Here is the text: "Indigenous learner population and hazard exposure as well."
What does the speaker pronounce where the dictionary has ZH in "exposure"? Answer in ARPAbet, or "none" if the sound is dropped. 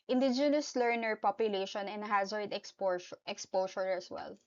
S